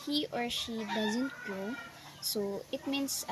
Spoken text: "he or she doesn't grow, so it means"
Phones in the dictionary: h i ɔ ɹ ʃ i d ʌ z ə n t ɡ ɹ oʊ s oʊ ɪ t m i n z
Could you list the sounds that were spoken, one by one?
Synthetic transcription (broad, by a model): h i ɔ ɹ ʃ i d ʌ z ə n t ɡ oʊ s oʊ ɪ t m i n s